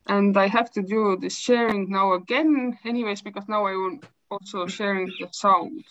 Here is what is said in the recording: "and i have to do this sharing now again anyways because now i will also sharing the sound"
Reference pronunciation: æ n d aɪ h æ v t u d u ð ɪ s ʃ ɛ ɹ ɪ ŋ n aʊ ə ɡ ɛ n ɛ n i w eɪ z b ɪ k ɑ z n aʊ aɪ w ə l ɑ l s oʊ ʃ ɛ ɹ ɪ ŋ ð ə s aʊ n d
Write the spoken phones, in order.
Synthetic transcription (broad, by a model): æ n d aɪ h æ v t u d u ð ɪ s ʃ ɛ ɹ ɪ ŋ n aʊ ə ɡ ɛ n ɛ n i w eɪ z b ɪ k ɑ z n aʊ aɪ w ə n ɑ l s oʊ ʃ ɛ ɹ ɪ ŋ ð ə s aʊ n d